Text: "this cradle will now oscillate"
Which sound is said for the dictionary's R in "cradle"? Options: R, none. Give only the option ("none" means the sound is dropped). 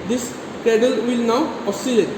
none